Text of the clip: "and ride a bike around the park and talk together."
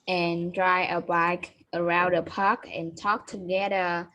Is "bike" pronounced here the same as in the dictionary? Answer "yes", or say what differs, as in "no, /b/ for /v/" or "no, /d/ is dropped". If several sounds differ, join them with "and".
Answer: yes